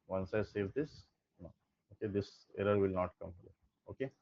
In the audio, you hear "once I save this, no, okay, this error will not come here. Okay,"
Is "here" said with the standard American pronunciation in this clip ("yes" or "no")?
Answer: no